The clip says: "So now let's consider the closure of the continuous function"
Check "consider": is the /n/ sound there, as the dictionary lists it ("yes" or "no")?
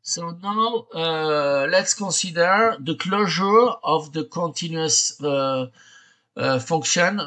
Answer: no